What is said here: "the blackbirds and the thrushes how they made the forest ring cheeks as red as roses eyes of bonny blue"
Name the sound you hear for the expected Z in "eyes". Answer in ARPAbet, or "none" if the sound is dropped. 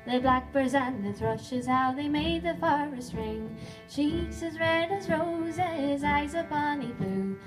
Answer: Z